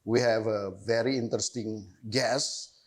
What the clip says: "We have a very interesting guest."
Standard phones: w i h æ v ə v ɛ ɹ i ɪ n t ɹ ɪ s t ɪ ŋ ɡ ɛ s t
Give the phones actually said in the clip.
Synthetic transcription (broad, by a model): w i h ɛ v ə v ɛ ɹ i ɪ n t ɹ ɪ s t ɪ ŋ ɡ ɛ s